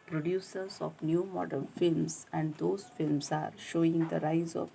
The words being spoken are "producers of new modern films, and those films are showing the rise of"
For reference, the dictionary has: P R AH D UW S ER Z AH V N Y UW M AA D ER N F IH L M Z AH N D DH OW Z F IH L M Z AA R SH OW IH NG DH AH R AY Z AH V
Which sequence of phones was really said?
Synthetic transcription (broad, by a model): P R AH D UW S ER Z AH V N Y UW M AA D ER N F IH L M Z AH N D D OW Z F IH L M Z AA R SH OW IH NG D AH R AY Z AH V